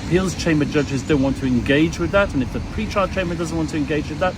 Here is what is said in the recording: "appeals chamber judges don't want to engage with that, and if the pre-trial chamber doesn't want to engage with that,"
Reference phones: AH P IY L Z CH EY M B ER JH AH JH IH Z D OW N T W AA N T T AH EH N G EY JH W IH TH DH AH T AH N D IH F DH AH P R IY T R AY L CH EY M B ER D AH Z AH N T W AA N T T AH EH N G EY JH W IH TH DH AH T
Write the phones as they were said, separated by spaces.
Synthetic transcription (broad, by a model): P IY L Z CH EY M B ER JH AH JH IH Z D OW N T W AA N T T AH EH N G EY JH W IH DH AH T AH N IH F DH AH P R IY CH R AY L CH EY M B ER D AH Z AH N T W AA N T T AH EH N G EY JH W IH DH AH T